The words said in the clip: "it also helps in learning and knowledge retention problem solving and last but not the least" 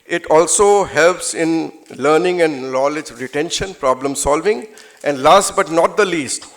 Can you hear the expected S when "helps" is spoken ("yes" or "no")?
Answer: yes